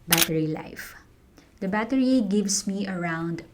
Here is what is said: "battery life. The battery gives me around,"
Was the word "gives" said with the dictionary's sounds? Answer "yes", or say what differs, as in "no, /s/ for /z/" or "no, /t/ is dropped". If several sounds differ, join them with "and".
no, /s/ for /z/